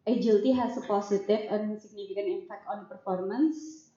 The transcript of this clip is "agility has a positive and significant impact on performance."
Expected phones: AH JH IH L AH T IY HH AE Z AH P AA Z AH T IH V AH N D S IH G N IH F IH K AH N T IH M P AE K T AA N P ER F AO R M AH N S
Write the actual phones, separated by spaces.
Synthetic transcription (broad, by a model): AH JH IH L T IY HH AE S AH P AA S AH T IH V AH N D S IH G N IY F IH K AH N IH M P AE K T AA N P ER F AO R M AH N S